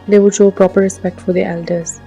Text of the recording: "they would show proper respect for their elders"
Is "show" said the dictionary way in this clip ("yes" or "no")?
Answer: yes